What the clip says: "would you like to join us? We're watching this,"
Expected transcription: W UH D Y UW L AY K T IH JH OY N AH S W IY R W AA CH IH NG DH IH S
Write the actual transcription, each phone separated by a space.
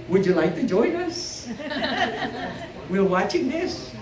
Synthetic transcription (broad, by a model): W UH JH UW L AY K T IH JH OY N AH S W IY L W AA CH IH NG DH IH S